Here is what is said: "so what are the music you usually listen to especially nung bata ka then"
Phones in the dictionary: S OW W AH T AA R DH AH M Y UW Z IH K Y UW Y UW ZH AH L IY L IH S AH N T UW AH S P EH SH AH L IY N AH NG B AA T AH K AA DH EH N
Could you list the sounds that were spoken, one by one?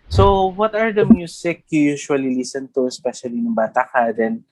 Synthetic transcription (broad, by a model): S OW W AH T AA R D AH M Y UW S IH K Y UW Y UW SH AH L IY L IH S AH N T UW AH S P EH SH AH L IY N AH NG B AA T AH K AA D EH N